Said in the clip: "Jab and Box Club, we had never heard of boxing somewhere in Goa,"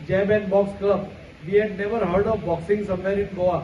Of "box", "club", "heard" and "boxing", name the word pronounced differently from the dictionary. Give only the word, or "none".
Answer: club